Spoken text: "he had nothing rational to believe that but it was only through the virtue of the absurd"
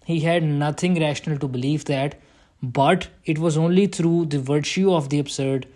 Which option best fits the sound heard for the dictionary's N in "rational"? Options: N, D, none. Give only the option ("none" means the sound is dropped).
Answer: N